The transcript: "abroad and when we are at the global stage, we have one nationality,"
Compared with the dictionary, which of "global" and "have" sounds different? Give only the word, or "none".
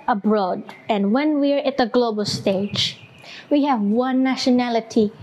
none